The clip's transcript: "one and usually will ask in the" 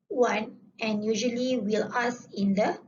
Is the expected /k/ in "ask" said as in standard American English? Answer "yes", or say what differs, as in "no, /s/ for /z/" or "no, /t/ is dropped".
no, /k/ is dropped